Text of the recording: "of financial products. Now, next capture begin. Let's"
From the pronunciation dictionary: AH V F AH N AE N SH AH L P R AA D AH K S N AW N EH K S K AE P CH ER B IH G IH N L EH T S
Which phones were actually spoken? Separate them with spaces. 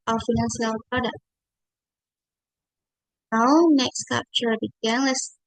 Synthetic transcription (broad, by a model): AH F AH N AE N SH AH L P R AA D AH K N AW N EH K S K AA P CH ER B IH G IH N L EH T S